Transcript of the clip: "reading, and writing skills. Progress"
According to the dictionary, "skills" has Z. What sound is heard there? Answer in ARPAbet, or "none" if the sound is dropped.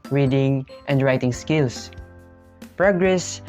S